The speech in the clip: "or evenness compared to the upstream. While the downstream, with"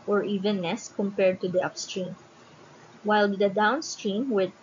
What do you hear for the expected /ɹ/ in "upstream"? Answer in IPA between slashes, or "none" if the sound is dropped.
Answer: /ɹ/